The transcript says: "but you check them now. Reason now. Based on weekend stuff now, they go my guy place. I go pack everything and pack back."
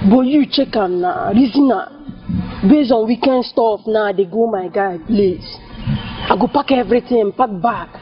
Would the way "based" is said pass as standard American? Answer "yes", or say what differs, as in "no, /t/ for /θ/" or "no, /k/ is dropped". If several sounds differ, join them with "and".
no, /t/ is dropped